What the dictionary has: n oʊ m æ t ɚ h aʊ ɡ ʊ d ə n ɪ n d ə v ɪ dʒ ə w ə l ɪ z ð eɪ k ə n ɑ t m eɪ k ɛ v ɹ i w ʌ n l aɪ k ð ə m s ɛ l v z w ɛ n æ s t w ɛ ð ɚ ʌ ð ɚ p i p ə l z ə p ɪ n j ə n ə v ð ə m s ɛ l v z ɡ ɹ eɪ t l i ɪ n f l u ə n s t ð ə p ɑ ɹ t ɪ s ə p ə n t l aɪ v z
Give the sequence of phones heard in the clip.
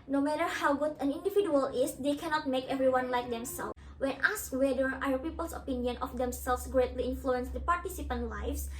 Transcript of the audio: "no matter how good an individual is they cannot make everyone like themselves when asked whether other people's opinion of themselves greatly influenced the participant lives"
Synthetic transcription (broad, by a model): n oʊ m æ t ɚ h aʊ ɡ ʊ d ə n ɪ n d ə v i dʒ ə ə l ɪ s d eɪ k ə n ɑ t m eɪ k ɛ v ɹ i w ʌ n l aɪ k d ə m s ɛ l w ɛ n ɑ s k w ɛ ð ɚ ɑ ɚ p i p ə l s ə p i n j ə n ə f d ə m s ɛ l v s ɡ ɹ eɪ t l i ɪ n f l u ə n s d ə p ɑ ɹ t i s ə p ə n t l aɪ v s